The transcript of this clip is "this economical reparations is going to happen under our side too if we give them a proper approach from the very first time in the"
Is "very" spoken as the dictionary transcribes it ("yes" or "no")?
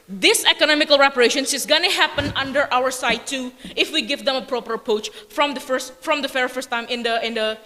no